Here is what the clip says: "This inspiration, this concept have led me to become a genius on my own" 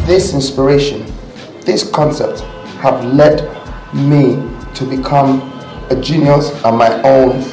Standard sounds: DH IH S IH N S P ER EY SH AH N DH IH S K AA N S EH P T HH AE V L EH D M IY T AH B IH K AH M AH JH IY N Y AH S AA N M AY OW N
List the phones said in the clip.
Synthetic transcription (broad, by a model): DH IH S IH N S P ER EY SH AH N DH IH S K AA N S EH P T HH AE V L EH D M IY T AH B IH K AH M AH JH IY N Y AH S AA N M AY OW N